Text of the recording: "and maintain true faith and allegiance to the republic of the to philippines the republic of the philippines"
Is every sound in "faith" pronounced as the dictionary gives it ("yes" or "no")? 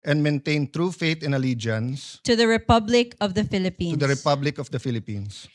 no